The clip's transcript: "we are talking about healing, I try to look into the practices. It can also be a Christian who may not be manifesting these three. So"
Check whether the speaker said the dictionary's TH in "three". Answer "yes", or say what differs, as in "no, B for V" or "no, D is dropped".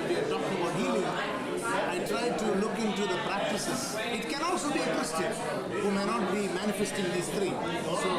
no, T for TH